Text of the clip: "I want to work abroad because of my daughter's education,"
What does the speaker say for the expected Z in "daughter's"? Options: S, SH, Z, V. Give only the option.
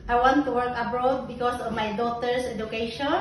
S